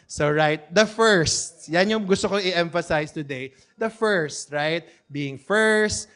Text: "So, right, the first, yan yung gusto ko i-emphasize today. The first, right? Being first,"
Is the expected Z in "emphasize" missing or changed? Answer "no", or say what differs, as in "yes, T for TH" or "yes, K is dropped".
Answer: yes, S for Z